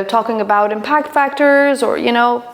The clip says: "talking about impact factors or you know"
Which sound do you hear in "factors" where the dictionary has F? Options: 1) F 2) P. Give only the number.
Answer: 1